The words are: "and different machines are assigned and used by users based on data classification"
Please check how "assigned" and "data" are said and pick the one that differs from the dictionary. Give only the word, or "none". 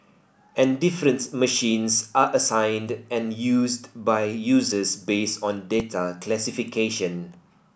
none